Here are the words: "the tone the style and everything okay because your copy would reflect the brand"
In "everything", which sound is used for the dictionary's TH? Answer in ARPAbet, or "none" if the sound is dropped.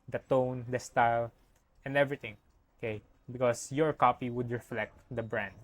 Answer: T